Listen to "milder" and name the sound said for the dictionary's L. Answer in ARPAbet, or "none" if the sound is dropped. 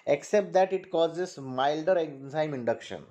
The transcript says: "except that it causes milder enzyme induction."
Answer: L